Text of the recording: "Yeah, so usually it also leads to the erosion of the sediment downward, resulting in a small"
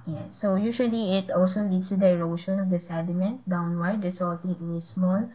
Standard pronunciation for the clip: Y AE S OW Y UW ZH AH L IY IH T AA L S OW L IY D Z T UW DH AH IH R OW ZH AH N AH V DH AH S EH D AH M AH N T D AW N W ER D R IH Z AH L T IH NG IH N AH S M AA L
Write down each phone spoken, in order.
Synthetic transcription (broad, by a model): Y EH S OW Y UW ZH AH L IY IH T AA L S OW L IY D S T UW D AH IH R OW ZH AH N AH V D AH S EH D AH M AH N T D AW N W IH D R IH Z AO L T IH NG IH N AH S M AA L